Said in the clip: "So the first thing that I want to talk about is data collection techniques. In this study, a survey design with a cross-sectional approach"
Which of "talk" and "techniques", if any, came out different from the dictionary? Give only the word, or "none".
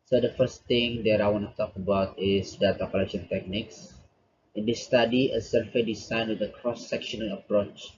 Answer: none